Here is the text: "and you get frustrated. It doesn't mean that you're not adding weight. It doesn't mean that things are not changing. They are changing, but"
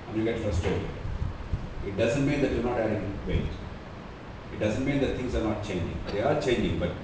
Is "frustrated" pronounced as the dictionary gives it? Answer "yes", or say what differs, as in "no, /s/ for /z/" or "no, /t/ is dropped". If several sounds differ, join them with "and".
no, /ɹ/ is dropped and /d/ is dropped